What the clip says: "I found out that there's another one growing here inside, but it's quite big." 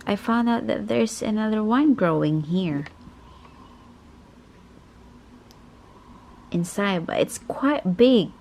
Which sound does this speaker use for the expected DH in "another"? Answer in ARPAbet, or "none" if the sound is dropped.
DH